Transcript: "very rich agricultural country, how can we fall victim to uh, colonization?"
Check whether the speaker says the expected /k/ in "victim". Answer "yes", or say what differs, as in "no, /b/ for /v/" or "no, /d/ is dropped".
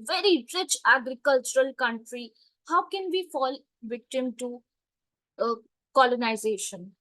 yes